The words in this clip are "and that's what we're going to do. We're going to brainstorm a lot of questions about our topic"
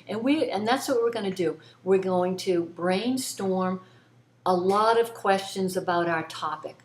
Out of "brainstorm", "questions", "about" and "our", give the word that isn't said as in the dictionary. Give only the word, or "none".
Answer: none